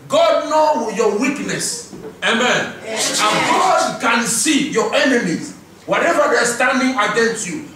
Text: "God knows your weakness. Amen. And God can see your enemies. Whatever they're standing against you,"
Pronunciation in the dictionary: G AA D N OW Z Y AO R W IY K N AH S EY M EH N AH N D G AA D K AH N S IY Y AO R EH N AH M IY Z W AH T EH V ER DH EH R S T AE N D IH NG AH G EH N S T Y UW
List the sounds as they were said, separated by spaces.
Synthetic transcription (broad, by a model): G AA D N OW Y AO W IY K N AH S EY M EH N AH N G AA D K AH N S IY Y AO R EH N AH M IY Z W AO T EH V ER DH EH S T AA N D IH NG AH G EH N S T Y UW